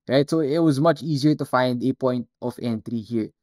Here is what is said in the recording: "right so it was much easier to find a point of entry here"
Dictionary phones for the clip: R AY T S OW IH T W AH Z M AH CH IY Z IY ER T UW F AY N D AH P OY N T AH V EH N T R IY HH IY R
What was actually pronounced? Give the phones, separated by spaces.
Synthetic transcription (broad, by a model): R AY T S OW IH T W AH Z M AH CH IY Z IY ER T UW F AY N D AH P OY N T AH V EH N T R IY HH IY R